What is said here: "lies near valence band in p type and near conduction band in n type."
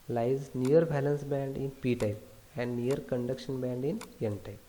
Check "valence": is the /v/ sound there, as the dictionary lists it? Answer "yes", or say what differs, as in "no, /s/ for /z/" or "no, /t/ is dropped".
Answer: no, /b/ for /v/